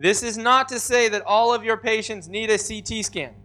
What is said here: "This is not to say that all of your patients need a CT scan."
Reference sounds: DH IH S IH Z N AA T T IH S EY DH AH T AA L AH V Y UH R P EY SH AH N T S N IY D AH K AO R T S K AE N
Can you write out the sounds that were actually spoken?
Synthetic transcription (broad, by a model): DH IH S IH Z N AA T T IH S EY DH AH T AA L AH V Y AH R P EY SH AH N T S N IY D AH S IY T S K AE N